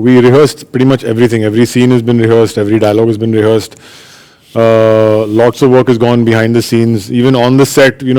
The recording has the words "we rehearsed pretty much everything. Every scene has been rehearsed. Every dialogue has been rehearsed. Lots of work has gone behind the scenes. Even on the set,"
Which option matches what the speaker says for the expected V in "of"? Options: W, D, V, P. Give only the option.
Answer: V